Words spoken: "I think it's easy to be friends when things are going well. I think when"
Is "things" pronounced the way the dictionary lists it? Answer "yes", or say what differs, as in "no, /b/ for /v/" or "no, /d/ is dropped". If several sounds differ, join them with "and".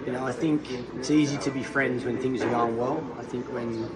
yes